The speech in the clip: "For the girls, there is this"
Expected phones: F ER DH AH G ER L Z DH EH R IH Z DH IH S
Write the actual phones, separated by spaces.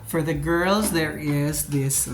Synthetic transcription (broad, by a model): F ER DH AH G ER L Z DH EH R IH Z DH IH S